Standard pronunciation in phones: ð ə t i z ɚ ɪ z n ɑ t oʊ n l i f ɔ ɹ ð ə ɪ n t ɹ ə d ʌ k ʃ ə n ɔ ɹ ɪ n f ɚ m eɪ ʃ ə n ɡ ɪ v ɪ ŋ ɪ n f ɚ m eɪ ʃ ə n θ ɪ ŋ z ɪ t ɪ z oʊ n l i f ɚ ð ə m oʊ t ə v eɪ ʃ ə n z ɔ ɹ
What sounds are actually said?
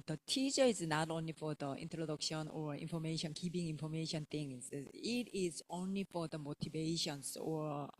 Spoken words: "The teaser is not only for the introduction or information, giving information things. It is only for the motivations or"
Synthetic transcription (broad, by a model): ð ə t i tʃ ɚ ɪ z n ɑ t oʊ n l i f ɔ ɹ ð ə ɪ n t ɹ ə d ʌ k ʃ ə n ɔ ɹ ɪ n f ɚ m eɪ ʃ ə n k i p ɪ ŋ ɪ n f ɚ m eɪ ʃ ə n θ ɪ ŋ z ɪ t ɪ z oʊ n l i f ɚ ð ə m oʊ t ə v eɪ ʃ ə n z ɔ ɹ